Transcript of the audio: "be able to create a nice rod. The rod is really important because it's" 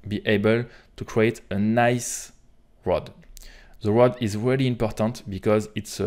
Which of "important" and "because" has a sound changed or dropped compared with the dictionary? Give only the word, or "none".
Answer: none